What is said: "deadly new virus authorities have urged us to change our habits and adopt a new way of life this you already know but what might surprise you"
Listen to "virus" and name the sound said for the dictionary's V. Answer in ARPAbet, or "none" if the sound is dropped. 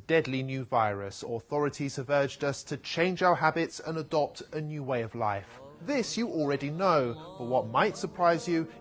V